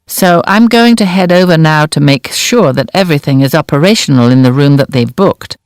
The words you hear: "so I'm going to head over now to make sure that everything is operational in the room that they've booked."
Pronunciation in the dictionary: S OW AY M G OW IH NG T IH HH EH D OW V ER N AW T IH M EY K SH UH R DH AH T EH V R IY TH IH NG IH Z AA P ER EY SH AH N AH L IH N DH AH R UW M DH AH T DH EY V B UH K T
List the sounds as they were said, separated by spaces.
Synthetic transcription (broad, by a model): S OW AY M G OW IH NG T IH HH EH D OW V ER N AW T IH M EY K SH UH R DH AH T EH V R IY TH IH NG IH Z AA P ER EY SH N L IH N DH AH R UW M DH AH T DH EY V B UH K T